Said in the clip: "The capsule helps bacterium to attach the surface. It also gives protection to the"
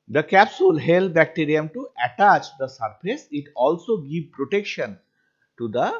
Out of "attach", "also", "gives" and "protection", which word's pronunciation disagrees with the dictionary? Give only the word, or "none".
gives